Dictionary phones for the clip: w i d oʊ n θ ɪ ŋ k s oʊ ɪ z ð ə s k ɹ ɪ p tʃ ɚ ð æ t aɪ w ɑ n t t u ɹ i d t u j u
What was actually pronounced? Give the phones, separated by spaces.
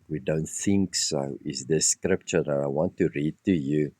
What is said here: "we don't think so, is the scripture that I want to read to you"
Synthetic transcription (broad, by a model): w i d oʊ n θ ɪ ŋ k s oʊ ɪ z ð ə s k ɹ ɪ p tʃ ɚ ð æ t aɪ w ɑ n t t u ɹ i d t u j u